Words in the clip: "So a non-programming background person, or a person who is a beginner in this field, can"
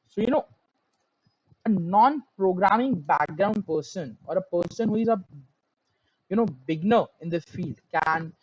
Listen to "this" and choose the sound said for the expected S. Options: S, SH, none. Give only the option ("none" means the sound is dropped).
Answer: none